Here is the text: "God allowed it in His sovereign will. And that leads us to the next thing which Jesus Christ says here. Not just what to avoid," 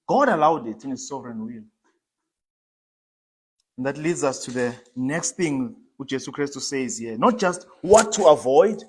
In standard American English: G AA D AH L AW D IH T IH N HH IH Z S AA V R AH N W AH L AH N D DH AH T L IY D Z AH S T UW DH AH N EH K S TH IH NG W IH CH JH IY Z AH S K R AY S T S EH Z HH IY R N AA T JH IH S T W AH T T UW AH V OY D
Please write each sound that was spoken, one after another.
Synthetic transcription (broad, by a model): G AA D AH L AW D IH T IH N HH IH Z S AA V R AH N W AH L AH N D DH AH T L IY D Z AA S T UW DH AH N EH K S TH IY NG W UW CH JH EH S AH K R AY S T S EH Z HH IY N AA T JH IH S T W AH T T UW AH V OY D